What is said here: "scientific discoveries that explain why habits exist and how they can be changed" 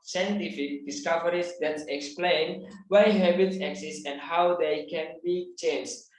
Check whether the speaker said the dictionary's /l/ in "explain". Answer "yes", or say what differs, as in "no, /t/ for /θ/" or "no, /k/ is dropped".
yes